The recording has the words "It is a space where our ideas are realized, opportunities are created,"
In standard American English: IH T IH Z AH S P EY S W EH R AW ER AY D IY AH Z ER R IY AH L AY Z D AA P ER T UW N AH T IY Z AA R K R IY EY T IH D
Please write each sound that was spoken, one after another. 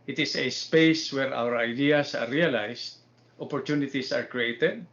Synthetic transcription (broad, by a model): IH T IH S AH S P EY S W EH R AW ER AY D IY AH S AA R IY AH L AY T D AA P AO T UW N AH T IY S AA R K R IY EY T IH D